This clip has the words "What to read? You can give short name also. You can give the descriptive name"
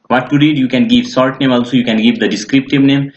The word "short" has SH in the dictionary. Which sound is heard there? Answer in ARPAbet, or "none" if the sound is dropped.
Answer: S